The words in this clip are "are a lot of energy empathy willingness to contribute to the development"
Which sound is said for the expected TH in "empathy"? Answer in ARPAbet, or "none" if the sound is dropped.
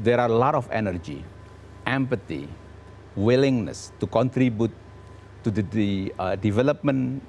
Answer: T